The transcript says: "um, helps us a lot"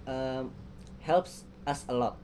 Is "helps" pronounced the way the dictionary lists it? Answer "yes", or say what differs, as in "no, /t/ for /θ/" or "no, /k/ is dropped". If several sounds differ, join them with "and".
yes